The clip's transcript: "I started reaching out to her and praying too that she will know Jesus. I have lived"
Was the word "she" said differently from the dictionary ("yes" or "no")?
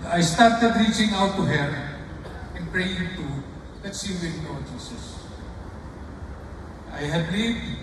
yes